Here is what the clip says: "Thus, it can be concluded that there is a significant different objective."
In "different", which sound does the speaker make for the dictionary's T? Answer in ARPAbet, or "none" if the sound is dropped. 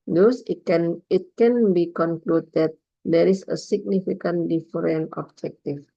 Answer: none